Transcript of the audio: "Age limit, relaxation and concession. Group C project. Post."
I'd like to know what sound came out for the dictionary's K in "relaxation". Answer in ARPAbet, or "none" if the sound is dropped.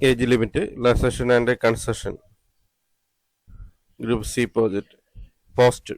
none